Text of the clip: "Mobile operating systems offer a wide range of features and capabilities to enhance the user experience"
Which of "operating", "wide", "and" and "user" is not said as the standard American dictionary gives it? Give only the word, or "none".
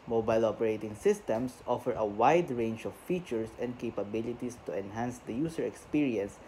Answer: user